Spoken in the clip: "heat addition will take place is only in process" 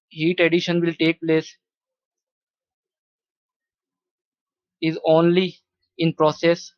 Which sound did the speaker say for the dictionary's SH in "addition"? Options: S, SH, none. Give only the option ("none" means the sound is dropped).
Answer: SH